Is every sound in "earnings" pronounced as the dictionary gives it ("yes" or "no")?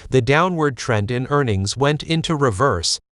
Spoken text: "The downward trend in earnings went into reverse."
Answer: yes